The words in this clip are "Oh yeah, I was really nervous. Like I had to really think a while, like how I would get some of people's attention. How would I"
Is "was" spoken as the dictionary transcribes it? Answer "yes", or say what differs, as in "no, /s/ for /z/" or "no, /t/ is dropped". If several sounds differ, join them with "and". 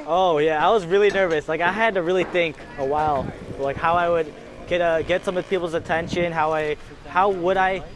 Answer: yes